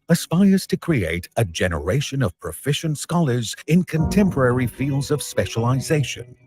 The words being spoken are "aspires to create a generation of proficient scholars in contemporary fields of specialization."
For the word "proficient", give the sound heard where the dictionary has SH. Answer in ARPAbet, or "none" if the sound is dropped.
SH